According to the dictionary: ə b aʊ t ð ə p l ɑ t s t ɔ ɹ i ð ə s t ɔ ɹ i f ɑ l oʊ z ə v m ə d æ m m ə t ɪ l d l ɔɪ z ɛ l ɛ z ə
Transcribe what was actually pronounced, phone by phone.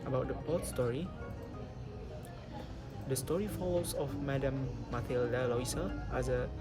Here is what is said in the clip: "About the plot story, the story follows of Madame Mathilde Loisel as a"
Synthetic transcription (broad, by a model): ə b aʊ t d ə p ɑ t s t ɔ ɹ i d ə s t ɔ ɹ i f ɑ l oʊ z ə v m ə d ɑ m m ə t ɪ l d l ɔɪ s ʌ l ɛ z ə